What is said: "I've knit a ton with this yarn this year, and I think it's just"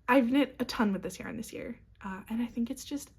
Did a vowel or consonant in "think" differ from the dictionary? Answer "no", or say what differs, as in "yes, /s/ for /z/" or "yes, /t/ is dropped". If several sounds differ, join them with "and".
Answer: no